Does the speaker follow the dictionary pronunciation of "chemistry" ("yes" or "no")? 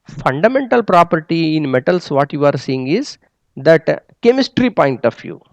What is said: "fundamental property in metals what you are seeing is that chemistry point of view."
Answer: yes